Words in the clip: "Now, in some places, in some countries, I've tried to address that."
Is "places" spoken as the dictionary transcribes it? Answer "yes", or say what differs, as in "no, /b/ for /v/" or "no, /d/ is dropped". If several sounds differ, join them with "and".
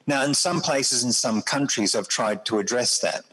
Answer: yes